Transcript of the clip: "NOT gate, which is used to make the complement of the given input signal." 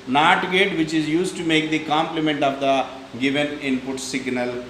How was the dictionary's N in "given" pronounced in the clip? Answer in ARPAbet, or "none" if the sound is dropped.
N